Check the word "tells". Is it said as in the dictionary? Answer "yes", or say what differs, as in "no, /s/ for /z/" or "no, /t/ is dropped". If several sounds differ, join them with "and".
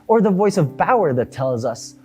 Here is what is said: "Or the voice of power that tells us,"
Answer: yes